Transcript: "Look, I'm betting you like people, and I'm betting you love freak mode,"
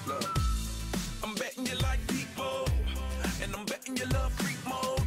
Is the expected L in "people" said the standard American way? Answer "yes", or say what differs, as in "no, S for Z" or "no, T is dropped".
no, N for L